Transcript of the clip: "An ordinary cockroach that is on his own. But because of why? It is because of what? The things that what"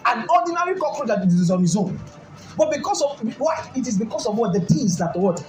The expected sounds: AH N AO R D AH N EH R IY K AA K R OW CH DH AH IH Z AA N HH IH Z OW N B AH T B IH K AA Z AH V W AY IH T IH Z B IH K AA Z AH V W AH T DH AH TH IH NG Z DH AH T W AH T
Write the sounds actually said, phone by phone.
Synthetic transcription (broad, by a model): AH N AO D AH N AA R IY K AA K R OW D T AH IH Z AA N HH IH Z OW N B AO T B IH K AA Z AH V W AY IH T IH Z B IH K AA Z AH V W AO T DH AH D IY Z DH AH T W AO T